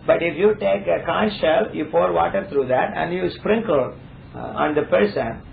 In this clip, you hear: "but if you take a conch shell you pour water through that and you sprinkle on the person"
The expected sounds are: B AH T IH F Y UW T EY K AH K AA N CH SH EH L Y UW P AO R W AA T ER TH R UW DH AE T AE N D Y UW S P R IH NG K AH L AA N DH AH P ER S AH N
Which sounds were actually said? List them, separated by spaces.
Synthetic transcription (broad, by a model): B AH T IH F Y UW T EY K AH K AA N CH SH EH L Y UW P AO R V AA T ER T R UW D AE T AE N D Y UW S P R IH NG K AH L AA N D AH P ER S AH N